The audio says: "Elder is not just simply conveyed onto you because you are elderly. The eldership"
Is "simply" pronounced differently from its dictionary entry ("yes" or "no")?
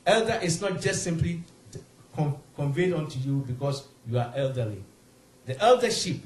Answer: no